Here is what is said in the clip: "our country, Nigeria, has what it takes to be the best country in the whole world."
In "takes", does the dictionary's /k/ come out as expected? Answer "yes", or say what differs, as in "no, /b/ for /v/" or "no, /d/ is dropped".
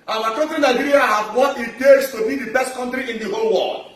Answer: no, /k/ is dropped